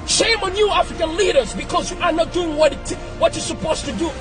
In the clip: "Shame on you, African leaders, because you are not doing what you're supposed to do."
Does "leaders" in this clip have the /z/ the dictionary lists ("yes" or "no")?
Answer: yes